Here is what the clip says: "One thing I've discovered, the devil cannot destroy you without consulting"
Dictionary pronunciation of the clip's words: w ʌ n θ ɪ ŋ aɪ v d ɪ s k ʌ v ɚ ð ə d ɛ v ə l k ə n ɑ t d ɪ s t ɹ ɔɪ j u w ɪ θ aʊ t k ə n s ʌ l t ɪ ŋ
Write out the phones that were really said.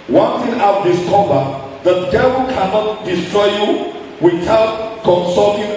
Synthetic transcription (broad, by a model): w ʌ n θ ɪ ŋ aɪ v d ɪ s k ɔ b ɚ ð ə d ɛ v ə l k ə n ɑ t d ɪ s t ɹ ɔɪ j u w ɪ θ aʊ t k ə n s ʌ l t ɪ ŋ